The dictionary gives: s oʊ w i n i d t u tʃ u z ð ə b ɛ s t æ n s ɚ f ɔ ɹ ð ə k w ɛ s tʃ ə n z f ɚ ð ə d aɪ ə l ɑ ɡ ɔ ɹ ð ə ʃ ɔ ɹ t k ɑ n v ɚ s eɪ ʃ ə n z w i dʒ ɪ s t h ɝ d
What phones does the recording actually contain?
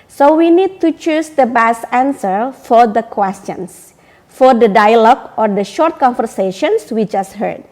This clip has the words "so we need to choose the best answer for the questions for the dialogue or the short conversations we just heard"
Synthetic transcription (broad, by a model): s oʊ w i n i d t u tʃ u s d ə b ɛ s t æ n s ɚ f ɔ ɹ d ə k w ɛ s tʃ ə n s f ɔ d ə d aɪ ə l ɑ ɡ ɔ ɹ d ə ʃ ɔ ɹ t k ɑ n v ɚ s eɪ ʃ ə n s w i dʒ ɪ s t h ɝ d